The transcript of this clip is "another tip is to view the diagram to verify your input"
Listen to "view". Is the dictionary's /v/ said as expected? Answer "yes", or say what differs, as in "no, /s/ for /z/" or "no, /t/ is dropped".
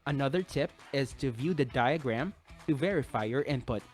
yes